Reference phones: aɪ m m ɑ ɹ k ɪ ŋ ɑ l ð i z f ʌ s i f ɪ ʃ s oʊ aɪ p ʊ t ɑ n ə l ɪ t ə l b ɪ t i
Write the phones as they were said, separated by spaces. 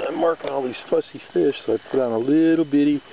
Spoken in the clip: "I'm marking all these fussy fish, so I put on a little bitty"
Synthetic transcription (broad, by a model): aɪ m m ɑ ɹ k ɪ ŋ ɑ l ð i z f ʌ s i f ɪ ʃ s oʊ aɪ p ʊ t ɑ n ə l ɪ t l b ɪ t i